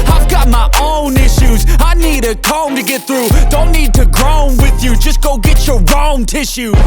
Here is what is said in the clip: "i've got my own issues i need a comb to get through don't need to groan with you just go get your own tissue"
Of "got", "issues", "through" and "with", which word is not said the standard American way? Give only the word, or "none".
none